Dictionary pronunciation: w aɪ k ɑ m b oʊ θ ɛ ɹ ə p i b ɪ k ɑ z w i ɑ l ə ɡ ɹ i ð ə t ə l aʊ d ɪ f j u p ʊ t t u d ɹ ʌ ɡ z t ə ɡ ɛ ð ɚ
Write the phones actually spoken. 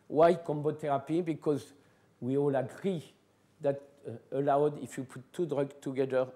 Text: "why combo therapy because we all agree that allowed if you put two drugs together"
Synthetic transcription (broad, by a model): w aɪ k ɑ m b oʊ t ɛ ɹ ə p i b ɪ k ɑ z w i ɑ l ə ɡ ɹ i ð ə t ə l aʊ d ɪ f j u p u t t u d ɹ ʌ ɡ t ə ɡ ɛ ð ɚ